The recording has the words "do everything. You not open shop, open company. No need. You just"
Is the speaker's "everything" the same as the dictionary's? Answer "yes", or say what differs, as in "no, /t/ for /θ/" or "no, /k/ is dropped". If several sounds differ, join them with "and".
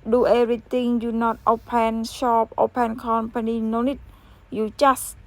no, /t/ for /θ/